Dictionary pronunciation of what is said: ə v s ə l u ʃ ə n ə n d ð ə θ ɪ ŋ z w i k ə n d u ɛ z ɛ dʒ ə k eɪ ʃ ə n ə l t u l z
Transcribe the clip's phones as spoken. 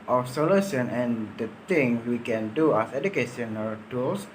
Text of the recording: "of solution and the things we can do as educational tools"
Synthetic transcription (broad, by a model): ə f s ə l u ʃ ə n ə n d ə t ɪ ŋ w i k ə n d u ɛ s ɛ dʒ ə k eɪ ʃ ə n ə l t u l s